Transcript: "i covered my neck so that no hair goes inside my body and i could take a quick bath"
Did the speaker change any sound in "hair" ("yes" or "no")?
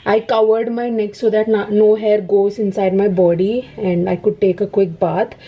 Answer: no